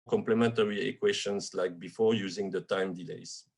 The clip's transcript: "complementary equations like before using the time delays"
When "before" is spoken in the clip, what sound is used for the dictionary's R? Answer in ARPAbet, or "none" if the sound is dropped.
R